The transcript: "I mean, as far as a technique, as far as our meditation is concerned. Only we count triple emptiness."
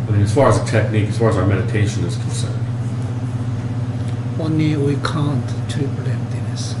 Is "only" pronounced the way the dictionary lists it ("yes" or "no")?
no